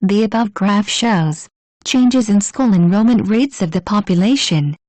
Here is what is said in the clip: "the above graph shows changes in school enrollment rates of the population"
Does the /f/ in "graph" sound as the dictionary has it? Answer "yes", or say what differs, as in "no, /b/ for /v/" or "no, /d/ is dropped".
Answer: yes